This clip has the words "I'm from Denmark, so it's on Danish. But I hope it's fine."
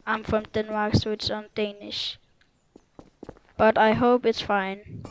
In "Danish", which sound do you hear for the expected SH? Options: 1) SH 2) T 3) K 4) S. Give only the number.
1